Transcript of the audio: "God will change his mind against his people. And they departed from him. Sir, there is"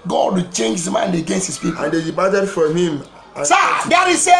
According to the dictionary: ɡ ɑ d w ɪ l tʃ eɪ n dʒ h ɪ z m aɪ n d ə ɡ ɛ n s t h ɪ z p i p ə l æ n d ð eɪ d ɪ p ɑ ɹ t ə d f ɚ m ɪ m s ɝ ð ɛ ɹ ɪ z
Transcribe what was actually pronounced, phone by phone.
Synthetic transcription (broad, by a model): ɡ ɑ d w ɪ tʃ eɪ n dʒ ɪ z m aɪ n d ə ɡ ɛ n s t h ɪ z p i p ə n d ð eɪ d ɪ b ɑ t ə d f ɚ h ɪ m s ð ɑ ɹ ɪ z